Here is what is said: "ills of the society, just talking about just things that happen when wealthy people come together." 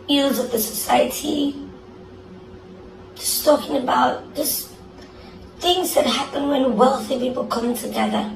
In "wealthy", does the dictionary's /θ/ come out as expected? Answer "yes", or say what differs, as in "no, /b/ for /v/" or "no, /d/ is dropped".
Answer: yes